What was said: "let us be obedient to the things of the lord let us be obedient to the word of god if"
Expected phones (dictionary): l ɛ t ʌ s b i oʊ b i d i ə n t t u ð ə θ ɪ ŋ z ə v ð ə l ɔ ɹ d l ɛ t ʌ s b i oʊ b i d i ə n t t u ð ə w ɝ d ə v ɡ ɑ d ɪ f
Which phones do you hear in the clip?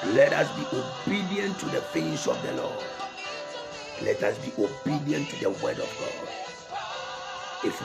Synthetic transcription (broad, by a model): l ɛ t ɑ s b i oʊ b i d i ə n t t u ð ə f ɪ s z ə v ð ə l ɔ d l ɛ t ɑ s b i oʊ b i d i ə n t t u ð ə w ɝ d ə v ɡ ɑ d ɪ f